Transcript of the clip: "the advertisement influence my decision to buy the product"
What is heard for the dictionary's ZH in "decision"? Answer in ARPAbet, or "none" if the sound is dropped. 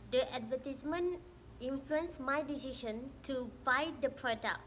SH